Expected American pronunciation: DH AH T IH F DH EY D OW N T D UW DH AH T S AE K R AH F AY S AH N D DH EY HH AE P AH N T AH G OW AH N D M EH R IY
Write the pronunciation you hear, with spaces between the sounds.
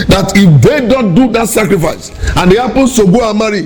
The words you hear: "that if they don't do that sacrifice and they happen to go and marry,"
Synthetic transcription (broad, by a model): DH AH T IH F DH EY D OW N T D UW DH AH T S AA K R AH F AY S AH N D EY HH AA P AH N S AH G OW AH M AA R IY